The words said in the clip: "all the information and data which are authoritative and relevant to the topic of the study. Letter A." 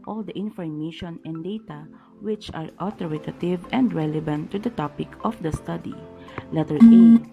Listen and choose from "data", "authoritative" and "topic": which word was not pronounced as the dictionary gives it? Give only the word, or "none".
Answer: authoritative